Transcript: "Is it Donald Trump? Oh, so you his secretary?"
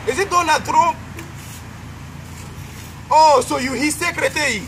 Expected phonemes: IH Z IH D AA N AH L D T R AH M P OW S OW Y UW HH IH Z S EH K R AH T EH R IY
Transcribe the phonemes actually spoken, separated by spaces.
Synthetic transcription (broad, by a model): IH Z IH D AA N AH D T R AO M OW S OW Y UW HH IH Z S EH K R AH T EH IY